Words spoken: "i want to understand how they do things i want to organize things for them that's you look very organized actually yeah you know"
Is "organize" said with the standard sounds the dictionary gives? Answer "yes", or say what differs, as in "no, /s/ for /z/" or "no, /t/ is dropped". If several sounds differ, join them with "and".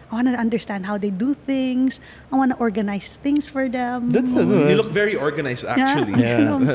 no, /s/ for /z/